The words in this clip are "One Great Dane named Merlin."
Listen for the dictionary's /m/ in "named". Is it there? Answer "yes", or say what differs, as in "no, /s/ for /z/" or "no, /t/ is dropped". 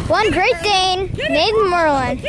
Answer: no, /m/ is dropped